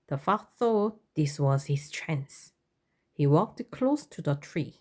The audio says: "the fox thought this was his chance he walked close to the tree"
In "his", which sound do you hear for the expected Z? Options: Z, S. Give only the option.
S